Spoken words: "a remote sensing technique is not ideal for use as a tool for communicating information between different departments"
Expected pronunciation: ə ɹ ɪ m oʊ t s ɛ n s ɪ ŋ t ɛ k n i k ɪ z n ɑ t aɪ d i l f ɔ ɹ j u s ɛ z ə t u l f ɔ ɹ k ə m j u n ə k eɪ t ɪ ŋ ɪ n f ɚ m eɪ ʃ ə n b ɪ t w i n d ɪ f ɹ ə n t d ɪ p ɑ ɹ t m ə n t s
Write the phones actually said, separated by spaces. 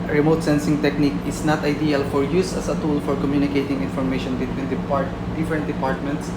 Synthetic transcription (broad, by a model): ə ɹ ɪ m oʊ t s ɛ n s ɪ ŋ t ɛ k n i k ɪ s n ɑ t aɪ d i l f ɔ ɹ j u s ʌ s ə t u l f ɔ ɹ k ə m j u n ə k eɪ t ɪ ŋ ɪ n f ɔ m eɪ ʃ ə n b ɪ t w i n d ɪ p ɹ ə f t d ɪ p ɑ ɹ t m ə n t s